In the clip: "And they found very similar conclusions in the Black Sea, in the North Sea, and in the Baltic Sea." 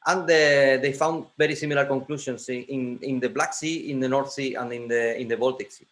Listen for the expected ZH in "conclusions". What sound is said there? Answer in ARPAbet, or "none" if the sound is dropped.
S